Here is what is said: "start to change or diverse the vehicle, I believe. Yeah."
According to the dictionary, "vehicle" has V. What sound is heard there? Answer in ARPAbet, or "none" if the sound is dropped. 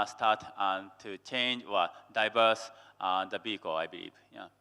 B